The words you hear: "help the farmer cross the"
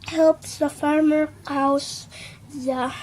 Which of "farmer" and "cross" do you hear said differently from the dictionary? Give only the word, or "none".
cross